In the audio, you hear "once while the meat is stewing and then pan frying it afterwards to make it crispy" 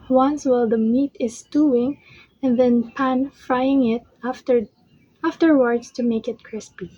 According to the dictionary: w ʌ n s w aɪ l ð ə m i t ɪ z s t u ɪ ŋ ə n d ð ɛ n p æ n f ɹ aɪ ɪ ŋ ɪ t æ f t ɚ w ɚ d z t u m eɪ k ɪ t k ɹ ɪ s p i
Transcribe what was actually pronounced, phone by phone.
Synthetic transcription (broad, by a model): w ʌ n s w aɪ l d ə m i t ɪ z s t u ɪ ŋ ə n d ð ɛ n p æ n f ɹ aɪ ɪ ŋ ɪ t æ f t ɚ w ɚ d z t u m eɪ k ɪ t k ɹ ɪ s p i